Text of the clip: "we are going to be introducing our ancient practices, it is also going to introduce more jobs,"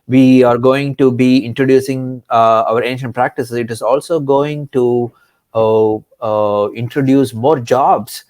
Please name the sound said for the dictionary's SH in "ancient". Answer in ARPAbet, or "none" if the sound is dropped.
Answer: SH